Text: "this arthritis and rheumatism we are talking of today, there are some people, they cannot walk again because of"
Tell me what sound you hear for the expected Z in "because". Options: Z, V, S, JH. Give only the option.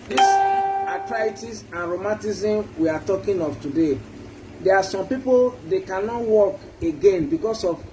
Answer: S